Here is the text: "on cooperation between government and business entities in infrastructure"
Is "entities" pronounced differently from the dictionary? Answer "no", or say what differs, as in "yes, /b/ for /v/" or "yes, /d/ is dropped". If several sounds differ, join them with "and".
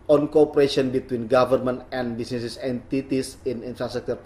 yes, /s/ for /z/